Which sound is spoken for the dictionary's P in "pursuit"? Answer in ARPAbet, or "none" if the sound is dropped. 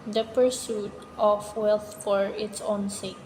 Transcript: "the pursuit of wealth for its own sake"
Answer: P